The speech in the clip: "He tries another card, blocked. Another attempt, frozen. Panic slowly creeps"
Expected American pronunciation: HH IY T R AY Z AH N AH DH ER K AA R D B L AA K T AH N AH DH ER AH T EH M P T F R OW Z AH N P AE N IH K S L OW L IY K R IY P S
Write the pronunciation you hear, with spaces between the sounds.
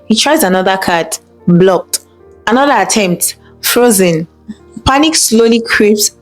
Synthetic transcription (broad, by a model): HH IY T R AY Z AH N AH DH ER K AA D B L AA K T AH N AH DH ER AH T EH M P T F R OW Z AH N P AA N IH K S L OW L IY K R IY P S